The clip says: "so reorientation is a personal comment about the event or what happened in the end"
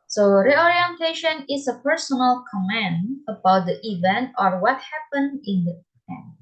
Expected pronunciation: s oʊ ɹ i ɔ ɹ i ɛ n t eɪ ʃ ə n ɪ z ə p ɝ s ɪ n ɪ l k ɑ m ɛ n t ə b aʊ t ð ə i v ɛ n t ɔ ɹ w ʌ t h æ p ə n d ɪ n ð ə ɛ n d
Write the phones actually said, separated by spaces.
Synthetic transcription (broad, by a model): s oʊ ɹ i ɔ ɹ i ɛ n t eɪ ʃ ə n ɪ s ə p ɝ s ɪ n ɪ l k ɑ m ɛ n ə b aʊ t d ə i v ɛ n t ɔ ɹ w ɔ t h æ p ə n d ɪ n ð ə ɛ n